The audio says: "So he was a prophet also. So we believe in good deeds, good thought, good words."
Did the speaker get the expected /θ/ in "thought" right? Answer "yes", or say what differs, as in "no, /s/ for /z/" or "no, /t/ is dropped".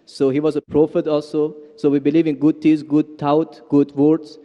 no, /t/ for /θ/